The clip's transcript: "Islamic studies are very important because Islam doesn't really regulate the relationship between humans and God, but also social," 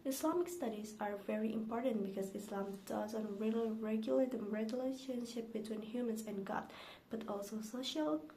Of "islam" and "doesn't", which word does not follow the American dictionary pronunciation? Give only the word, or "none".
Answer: none